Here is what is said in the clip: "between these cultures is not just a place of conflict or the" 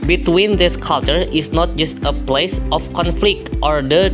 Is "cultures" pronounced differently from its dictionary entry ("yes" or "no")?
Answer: yes